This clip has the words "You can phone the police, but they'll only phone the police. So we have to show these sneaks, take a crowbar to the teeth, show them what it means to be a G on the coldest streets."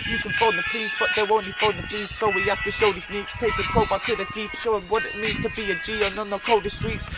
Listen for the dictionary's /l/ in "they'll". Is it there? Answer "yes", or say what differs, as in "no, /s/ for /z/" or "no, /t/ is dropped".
no, /w/ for /l/